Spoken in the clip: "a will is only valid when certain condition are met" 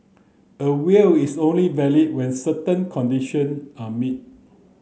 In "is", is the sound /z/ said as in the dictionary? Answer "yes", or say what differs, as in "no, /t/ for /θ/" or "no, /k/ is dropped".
no, /s/ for /z/